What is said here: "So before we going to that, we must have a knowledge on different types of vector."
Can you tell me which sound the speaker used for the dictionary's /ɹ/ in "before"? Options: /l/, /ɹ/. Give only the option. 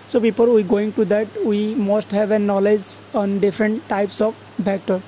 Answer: /l/